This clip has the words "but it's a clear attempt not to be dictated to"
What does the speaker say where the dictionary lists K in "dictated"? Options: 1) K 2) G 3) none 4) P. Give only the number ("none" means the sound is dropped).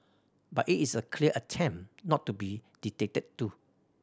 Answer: 3